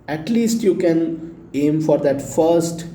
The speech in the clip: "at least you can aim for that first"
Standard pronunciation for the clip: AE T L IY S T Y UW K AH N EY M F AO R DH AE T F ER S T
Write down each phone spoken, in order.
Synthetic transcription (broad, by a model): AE T L IY S T Y UW K AH N EY M F AO R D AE T F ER S T